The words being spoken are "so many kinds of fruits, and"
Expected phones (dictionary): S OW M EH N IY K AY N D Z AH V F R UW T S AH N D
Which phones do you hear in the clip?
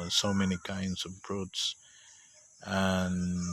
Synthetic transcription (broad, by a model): S OW M EH N IY K AY N D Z AH V P R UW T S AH N